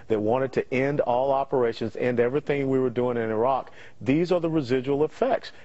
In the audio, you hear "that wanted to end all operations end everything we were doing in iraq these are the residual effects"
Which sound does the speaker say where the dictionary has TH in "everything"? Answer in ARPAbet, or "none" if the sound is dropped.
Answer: TH